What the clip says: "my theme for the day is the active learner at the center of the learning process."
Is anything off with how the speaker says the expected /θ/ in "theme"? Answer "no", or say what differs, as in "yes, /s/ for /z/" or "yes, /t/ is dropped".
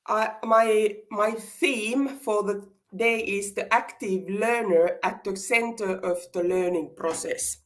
no